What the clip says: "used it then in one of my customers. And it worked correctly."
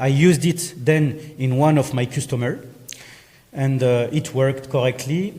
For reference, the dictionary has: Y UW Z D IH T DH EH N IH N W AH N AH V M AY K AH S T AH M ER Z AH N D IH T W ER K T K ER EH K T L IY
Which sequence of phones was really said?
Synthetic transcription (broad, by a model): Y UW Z D IH T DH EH N IH N W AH N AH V M AY K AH S T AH M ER AH N D IH T W ER K T K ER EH K T L IY